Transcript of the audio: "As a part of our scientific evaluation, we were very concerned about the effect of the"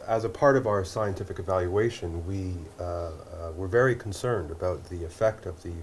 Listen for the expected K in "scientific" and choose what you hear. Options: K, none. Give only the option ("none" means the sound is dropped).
K